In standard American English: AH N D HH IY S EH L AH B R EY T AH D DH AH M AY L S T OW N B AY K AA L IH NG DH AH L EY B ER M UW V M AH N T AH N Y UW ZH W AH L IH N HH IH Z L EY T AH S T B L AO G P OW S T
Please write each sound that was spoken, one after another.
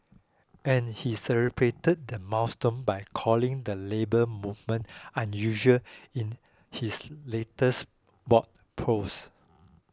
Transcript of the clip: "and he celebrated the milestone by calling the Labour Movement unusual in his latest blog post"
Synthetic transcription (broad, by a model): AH N HH IY S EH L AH B R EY T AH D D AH M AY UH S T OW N B AY K AA L IH NG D AH L EY B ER M UW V M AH N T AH N Y UW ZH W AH L IH N HH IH S L EY T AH S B AO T P OW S